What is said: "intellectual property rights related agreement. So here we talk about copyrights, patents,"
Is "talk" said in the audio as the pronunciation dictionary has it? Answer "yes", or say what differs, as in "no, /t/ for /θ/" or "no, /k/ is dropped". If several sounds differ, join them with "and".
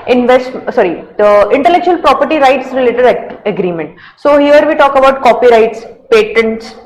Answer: yes